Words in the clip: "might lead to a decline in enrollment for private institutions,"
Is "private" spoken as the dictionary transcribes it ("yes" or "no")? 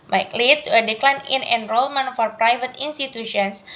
yes